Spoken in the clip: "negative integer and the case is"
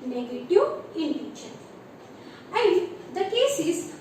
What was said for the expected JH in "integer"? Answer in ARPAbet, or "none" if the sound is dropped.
SH